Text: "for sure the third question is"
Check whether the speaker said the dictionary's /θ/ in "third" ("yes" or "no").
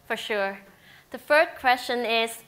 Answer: no